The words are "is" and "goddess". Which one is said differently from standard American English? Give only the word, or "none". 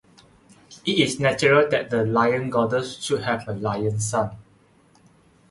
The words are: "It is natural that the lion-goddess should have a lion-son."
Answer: is